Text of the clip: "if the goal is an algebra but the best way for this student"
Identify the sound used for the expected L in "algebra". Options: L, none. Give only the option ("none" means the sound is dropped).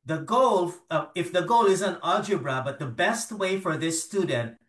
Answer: none